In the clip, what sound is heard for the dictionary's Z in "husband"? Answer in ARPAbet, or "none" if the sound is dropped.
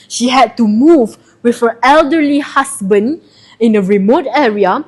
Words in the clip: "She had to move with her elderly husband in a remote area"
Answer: S